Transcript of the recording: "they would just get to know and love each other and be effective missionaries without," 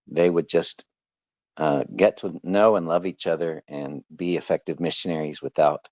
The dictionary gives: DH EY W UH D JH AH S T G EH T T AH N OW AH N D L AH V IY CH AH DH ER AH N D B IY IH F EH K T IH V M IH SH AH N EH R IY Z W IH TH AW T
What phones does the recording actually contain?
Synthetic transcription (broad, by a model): DH EY W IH D JH AH S T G EH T T AH N OW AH N L AH V IY CH AH DH ER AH N B IY IH F EH K T IH V M IH SH AH N EH R IY Z W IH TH AW T